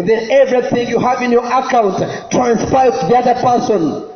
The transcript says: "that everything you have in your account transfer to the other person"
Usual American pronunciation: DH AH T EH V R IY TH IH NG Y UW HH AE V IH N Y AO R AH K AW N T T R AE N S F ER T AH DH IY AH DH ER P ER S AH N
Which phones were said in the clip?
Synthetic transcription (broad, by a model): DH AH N EH V R IY TH IH NG Y UW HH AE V IH N Y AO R AH K AW N T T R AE N S P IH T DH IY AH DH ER P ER S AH N